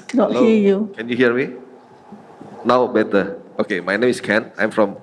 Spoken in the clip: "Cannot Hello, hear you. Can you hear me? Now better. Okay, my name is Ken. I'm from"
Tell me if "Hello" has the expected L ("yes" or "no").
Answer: no